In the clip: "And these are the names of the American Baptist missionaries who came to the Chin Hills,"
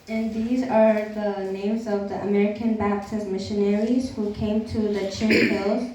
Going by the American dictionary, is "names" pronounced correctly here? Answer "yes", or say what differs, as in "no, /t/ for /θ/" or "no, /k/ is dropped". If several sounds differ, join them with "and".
yes